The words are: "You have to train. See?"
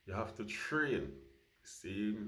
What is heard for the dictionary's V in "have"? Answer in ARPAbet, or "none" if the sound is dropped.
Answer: F